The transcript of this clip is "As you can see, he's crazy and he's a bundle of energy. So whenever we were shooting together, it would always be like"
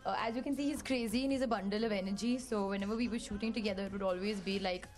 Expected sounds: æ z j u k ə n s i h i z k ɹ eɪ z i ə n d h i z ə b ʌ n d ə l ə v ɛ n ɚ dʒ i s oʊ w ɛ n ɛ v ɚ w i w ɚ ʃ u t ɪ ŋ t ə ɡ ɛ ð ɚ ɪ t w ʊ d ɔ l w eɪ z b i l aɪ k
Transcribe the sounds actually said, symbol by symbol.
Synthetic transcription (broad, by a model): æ z j u k ə n s i h i z k ɹ eɪ z i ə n h i z ə b ʌ n d ə l ə v ɛ n ɚ dʒ i s oʊ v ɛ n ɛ v ɚ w i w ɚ ʃ u t ɪ ŋ t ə ɡ ɛ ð ɚ ɪ t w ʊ d ɔ l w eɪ z b i l aɪ k